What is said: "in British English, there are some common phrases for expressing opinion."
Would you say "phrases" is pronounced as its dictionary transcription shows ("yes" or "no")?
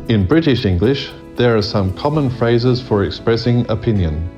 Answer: yes